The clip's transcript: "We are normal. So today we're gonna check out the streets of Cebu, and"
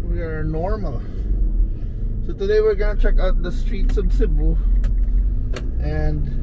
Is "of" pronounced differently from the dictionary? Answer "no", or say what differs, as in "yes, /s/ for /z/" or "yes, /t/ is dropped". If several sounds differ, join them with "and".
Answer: yes, /b/ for /v/